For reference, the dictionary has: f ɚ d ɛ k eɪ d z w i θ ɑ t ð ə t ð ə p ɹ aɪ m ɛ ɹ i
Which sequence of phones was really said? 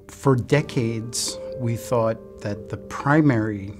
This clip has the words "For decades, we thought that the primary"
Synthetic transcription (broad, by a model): f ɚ d ɛ k eɪ d z w i θ ɑ t ð ə t ð ə p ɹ aɪ m ɛ ɹ i